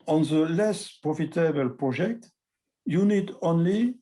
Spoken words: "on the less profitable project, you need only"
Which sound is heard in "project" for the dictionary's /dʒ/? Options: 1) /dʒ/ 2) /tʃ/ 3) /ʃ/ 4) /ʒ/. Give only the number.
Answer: 4